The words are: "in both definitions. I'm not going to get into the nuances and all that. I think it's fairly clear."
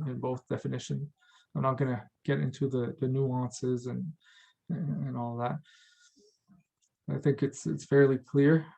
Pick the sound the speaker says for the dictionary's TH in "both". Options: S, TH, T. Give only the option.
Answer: TH